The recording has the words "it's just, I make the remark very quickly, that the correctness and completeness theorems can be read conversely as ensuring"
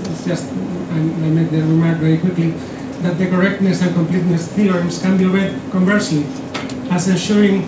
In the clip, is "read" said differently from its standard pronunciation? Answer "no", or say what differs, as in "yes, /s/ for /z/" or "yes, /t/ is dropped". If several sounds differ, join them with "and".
yes, /w/ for /ɹ/